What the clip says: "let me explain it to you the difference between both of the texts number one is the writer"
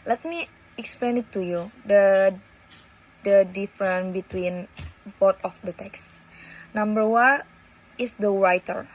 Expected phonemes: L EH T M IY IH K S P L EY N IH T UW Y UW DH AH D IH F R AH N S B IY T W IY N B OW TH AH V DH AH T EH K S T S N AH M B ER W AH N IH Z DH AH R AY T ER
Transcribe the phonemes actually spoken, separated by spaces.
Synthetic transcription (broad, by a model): L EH T M IY IH K S P L EY N IH T UW Y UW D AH D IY F R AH N B IY T W IY N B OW T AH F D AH T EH K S S N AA M B ER W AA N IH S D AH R AY T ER